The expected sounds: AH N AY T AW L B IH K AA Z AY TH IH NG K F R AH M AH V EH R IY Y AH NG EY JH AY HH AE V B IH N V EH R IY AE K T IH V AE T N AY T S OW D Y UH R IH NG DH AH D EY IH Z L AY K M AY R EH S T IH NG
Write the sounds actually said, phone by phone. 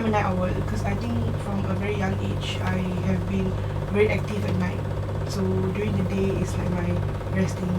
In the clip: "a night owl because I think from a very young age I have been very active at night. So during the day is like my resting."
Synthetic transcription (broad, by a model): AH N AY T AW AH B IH K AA S AY T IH NG K F R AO M AH V EH R IY Y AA NG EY CH AY HH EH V B IH N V EH R IY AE K T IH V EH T N AY T S OW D Y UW R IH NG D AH D EY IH S L AY K M AY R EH S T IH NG